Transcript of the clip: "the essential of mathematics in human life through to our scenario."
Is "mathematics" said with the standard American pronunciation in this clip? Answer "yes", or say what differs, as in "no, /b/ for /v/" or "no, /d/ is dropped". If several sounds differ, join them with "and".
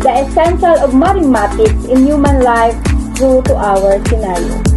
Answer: no, /t/ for /θ/